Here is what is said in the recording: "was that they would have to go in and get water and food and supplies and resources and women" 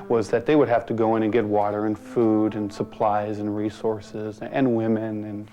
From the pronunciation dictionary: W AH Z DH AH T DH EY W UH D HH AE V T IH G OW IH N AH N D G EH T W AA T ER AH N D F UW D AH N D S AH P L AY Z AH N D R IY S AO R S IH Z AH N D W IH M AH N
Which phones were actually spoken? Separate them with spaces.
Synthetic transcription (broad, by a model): W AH Z DH AH T DH EY W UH D HH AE F T IH G OW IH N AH N G EH T W AA T ER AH N F UW D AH N S AH P L AY Z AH N R IY S AO R S IH Z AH N W IH M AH N